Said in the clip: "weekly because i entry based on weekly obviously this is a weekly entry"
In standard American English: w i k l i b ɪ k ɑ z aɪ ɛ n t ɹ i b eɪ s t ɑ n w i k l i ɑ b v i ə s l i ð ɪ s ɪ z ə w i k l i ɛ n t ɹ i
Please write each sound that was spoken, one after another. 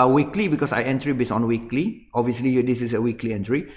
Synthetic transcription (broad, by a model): w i k l i b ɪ k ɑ s aɪ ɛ n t ɹ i b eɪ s ɑ n w i k l i ɑ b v i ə s l i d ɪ s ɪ s ə w i k l i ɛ n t ɹ i